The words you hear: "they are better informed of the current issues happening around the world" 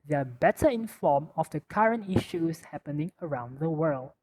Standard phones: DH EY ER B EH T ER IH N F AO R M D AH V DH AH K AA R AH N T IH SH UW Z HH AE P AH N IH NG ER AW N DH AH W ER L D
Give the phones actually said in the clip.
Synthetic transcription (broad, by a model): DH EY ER B EH T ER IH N F AO M AH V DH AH K AA R AH N T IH SH UW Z HH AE P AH N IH NG ER AW N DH AH W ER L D